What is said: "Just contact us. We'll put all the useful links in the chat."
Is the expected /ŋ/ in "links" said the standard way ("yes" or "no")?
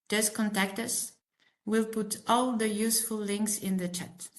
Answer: yes